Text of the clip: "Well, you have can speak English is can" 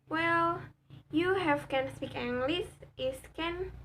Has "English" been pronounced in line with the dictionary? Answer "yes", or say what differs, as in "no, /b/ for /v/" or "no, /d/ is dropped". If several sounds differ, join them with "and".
no, /s/ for /ʃ/